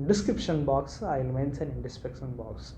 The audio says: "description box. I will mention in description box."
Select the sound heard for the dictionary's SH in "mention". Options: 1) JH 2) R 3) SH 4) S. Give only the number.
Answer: 4